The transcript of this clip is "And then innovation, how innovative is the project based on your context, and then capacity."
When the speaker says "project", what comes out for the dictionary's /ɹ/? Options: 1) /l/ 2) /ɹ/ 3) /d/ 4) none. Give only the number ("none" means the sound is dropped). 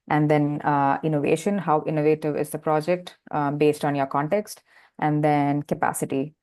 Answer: 2